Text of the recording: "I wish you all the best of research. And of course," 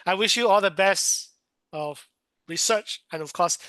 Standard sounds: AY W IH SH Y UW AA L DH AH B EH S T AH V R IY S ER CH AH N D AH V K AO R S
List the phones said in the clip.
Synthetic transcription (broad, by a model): AY W IH SH Y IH AA L DH AH B EH S T AH V R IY S ER CH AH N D AH V K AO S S